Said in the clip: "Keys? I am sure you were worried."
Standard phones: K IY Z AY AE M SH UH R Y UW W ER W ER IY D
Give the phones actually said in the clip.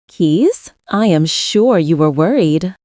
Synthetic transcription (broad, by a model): K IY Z AY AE M SH UH R Y UW W ER W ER IY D